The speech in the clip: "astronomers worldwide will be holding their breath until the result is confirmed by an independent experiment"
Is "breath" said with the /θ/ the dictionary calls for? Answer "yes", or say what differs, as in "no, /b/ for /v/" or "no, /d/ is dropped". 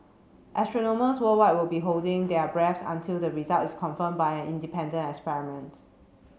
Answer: no, /s/ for /θ/